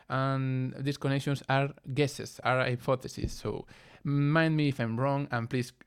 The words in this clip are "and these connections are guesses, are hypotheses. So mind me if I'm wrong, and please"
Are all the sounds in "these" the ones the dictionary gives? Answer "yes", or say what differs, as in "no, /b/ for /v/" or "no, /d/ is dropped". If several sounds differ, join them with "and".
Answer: no, /s/ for /z/